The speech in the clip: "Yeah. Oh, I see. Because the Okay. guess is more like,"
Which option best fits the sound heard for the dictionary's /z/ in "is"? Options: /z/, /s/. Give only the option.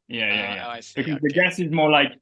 /z/